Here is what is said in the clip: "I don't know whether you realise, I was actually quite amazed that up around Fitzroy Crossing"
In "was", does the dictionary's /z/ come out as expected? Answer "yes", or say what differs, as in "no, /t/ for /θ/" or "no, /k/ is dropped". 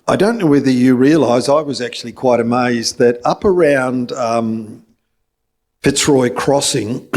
yes